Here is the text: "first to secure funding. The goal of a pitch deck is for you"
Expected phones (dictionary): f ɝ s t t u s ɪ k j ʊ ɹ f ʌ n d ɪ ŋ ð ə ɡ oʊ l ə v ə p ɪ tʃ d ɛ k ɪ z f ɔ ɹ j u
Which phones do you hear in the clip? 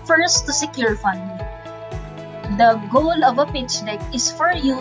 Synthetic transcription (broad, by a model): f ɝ s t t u s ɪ k j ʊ ɹ f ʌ n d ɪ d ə ɡ oʊ l ə v ə p ɪ tʃ d ɛ k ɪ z f ɔ ɹ j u